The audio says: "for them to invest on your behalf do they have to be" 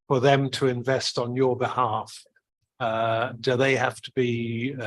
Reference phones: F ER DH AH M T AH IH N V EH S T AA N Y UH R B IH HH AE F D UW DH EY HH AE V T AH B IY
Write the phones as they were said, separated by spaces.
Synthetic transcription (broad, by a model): F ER DH AH M T AH IH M V EH S T N Y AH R B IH HH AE F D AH DH EY HH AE F T AH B IY